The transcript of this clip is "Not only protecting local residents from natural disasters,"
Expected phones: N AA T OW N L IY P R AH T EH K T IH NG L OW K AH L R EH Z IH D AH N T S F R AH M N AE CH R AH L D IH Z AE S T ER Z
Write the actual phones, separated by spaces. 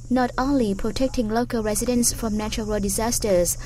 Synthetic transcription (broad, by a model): N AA T OW N L IY P R AH T EH K T IH NG L OW K AH L R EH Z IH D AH N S F R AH M N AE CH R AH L D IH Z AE S T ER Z